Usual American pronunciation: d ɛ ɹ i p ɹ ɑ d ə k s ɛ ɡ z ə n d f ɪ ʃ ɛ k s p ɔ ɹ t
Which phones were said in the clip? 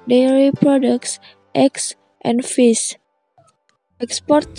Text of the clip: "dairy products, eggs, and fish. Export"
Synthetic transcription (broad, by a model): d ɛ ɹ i p ɹ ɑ d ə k s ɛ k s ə n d f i s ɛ k s p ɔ ɹ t